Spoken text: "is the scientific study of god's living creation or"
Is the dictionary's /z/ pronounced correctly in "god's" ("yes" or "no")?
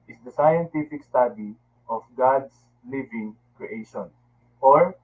no